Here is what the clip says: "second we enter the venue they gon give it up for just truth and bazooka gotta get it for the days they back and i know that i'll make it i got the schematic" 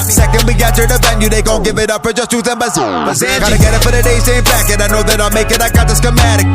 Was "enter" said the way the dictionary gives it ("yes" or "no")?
no